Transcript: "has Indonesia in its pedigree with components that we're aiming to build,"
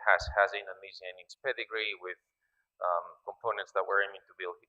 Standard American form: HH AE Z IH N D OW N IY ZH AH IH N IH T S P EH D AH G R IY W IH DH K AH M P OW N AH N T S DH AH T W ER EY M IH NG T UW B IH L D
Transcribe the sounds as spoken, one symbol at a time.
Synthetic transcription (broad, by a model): HH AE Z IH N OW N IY Z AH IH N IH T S P EH D AH G R IY W IH DH K AH M P OW N AH N T S DH AH T W ER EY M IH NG T UW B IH L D